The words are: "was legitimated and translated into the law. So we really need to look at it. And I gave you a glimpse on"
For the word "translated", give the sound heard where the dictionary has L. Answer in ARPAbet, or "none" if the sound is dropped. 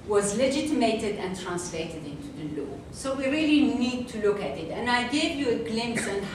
L